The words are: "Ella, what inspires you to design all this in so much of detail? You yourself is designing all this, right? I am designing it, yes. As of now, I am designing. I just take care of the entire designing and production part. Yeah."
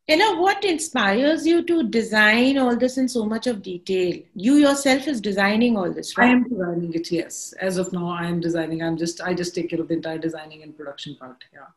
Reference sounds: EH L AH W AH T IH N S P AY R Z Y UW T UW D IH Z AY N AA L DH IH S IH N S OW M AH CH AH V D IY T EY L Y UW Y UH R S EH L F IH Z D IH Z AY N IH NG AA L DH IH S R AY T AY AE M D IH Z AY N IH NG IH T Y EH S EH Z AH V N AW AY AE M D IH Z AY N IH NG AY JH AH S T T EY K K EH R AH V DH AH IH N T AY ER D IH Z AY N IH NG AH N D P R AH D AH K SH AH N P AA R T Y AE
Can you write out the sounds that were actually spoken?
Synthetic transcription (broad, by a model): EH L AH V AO T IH N S P AY R Z Y UW T UW D IH Z AY N AA L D IH S IH N S OW M AH CH AH V D IY T EY L Y UW Y UH R S EH L F IH Z D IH Z AY N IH NG AA L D IH S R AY EH M D IH Z AY N IH NG IH T Y EH S EH Z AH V N AW AY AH M D IH Z AY N IH NG AY JH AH S T T EY K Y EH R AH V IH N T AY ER D IH Z AY N IH NG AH N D P R AH D AH K SH AH N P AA R T Y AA